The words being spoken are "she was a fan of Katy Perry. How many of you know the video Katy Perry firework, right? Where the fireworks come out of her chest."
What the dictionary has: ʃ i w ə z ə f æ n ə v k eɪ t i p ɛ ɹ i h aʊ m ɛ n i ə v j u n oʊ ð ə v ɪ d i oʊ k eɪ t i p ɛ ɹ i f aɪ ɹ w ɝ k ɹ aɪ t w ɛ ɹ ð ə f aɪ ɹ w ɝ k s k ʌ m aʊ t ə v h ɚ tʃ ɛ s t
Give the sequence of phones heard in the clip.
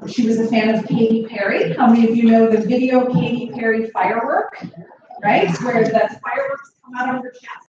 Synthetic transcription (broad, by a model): ʃ i w ə z ə f æ n ə v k eɪ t i p ɛ ɹ i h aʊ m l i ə f j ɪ n oʊ ð ə v ɪ d i oʊ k eɪ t i p ɛ ɹ i f aɪ ɹ w ɝ k ɹ aɪ t w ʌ ɹ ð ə f aɪ ɹ w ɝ k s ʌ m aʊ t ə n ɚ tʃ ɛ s